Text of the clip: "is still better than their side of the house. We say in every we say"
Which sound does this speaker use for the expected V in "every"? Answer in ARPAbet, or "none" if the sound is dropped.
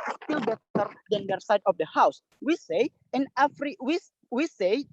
F